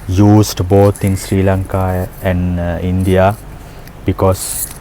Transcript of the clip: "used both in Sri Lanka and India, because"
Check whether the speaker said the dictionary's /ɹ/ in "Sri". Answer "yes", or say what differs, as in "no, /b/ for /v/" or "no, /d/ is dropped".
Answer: yes